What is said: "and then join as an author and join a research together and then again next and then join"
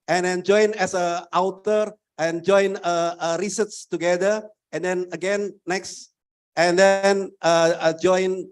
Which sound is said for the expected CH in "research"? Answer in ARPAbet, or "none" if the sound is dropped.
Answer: S